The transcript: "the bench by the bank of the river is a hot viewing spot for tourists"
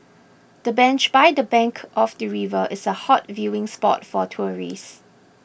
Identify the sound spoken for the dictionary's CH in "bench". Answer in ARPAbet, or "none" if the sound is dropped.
CH